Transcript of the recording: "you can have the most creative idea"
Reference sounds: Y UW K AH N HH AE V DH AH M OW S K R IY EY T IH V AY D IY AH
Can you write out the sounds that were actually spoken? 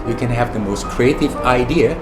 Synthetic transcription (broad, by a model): Y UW K AH N HH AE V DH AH M OW S K R IY EY T IH V AY D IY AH